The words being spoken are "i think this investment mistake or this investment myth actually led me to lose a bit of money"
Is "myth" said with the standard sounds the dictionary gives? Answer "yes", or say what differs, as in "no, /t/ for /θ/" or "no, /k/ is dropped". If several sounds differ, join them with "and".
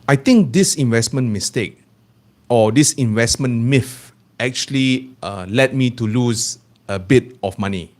no, /f/ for /θ/